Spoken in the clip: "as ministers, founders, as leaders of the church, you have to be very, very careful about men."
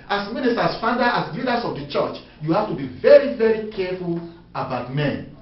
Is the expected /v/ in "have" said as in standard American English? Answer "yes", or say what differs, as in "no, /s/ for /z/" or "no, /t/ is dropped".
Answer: no, /f/ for /v/